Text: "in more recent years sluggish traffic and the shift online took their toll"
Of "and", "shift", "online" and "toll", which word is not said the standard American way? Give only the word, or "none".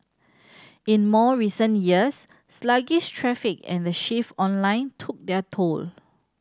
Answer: shift